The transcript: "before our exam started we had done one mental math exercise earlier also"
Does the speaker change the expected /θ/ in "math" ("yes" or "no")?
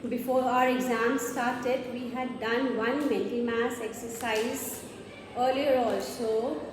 yes